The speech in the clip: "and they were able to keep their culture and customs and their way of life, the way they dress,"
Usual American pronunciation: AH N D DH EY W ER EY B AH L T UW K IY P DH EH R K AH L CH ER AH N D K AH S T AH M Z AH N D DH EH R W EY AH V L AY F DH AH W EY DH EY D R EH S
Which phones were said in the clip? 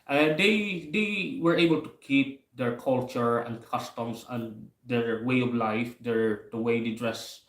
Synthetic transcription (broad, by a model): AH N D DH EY W ER EY B AH L T UW K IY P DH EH R K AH L CH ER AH N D K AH S T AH M S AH N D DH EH R W EY AH V L AY F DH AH W EY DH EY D R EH S